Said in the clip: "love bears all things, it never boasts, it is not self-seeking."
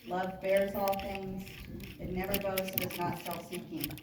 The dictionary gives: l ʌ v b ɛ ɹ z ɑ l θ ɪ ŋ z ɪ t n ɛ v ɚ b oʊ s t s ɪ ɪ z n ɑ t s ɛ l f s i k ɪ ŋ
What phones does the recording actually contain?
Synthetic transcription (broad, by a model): l ʌ v b ɛ ɹ z ɑ l θ ɪ ŋ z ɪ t n ɛ v ɚ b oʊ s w ɪ z n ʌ t s ɛ l f s i k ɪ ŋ